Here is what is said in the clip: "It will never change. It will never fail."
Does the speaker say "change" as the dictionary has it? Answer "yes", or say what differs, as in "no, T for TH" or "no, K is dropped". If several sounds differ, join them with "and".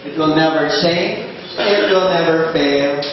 no, S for CH